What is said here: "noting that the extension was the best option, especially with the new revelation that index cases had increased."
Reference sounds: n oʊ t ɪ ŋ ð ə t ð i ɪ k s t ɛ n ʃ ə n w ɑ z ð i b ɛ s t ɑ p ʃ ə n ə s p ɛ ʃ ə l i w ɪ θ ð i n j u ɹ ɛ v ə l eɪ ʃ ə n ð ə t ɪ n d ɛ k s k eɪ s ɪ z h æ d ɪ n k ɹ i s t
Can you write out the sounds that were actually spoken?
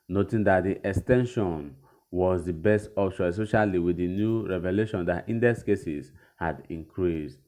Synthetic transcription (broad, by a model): n oʊ t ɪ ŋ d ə t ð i ɪ k s t ɛ n ʃ ə n w ɑ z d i b ɛ s t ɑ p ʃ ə s ɔ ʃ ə l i w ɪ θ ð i n j u ɹ ɛ v ə l eɪ ʃ ə n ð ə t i n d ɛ s k eɪ s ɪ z h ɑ d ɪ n k ɹ i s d